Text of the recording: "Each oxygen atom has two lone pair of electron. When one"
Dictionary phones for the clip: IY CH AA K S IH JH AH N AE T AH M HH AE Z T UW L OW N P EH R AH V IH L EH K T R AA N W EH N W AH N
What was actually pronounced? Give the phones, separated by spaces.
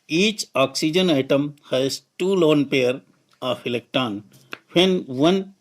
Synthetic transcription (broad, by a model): IY CH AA K S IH JH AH N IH T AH M HH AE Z T UW L OW N P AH R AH F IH L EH K T AA N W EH N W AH N